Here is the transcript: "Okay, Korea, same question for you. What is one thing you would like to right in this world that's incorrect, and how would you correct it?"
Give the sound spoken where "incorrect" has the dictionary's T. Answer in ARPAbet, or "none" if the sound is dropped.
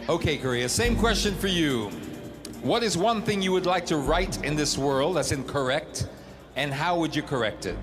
T